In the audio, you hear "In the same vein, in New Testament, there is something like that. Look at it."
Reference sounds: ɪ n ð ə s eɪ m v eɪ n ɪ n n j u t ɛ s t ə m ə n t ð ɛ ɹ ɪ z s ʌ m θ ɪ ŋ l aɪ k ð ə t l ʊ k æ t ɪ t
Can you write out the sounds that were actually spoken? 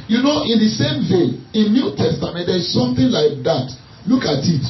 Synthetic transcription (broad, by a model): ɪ n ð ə s eɪ m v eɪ ɪ n n j u t ɛ s t ə m ə n t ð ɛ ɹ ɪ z s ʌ m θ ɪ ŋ l aɪ k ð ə t l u k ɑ t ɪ t